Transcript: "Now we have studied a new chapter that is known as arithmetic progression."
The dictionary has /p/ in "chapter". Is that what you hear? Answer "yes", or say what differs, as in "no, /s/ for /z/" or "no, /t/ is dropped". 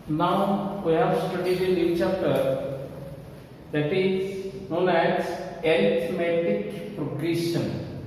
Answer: no, /p/ is dropped